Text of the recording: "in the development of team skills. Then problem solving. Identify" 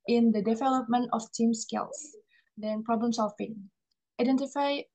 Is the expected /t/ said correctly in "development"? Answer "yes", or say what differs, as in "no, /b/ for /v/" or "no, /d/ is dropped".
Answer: yes